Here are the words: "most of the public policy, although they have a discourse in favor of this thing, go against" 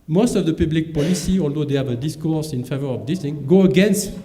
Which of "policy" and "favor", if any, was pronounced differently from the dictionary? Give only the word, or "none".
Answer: none